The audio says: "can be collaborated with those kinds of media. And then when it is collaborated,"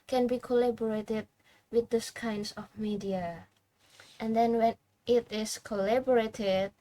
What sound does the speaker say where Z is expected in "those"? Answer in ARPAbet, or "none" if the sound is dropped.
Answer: S